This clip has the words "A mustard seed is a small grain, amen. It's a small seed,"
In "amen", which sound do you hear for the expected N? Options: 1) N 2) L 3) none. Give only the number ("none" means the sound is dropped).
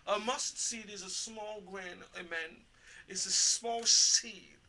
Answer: 1